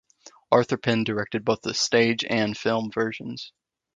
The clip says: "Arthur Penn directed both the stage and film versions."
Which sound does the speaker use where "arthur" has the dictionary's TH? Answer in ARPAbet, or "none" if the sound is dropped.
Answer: TH